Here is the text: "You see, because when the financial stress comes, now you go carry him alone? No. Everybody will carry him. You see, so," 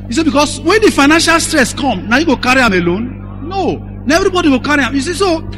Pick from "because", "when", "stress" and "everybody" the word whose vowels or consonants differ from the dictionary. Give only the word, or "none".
because